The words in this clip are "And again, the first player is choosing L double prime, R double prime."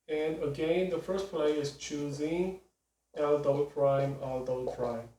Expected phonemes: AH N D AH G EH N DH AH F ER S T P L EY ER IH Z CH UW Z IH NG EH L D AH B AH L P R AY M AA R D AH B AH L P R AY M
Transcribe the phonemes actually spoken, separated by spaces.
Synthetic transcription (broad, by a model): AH N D AH G EH N DH AH F ER S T P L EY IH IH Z CH UW Z IH NG EH L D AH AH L P R AY M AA L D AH AH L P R AY M